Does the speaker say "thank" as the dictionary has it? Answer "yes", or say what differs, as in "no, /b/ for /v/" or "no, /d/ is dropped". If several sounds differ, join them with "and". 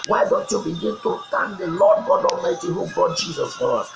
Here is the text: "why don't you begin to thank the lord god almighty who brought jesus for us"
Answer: no, /t/ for /θ/